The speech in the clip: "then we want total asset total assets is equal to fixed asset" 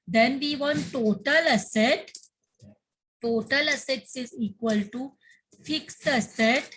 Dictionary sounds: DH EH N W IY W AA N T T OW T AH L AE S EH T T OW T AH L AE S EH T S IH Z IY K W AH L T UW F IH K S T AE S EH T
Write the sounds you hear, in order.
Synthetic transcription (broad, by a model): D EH N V IY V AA N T T OW T AH L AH S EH T T OW T AH L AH S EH T S IH Z IY K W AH L T UW F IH K S AH S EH T